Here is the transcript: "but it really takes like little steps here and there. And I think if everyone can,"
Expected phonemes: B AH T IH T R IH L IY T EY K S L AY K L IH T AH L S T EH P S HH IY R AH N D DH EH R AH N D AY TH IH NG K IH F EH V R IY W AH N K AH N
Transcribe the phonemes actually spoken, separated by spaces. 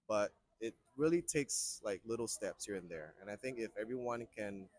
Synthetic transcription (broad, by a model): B AH T IH T R IH L IY T EY K S L AY K L IH T L S T EH P S HH IY R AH N DH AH R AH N AY TH IH NG K IH F EH V R IY W AH N K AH N